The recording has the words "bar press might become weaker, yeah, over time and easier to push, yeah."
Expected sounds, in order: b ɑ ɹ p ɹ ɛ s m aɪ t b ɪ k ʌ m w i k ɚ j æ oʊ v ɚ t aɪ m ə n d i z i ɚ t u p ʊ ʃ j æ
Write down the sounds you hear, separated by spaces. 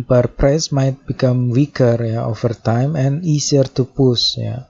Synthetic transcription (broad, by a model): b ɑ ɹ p ɹ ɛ s m aɪ t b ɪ k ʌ m w i k ɚ j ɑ oʊ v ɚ t aɪ m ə n i s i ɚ t u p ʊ s j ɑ